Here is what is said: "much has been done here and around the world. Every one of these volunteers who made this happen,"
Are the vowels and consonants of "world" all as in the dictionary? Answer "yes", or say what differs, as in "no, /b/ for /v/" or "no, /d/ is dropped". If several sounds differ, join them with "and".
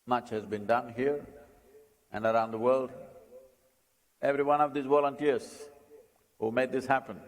yes